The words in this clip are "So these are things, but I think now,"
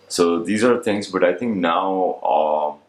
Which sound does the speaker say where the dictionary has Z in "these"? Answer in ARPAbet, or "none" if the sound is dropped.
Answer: Z